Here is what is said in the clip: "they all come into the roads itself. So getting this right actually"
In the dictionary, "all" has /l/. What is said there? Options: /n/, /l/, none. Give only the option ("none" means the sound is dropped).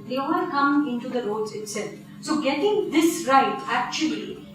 /n/